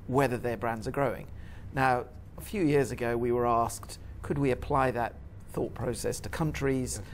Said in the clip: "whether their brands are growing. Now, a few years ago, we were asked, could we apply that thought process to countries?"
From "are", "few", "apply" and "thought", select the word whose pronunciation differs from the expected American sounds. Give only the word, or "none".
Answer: none